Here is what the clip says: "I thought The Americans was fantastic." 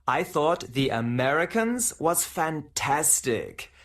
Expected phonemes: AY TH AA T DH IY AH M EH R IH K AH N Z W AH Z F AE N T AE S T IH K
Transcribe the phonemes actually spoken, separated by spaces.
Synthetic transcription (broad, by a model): AY TH AA T DH IY AH M EH R IH K AH N Z W AH Z F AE N T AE S T IH K